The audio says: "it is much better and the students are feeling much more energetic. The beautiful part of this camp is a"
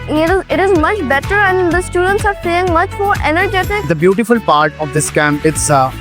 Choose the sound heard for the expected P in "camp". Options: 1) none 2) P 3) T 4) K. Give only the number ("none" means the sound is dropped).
1